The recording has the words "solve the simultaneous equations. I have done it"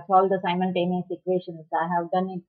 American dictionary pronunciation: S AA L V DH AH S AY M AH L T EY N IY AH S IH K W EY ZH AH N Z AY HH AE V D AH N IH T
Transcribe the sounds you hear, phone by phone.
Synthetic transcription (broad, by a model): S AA L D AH S AY M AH L T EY N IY S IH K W EY SH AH N S AY HH AE V D AH N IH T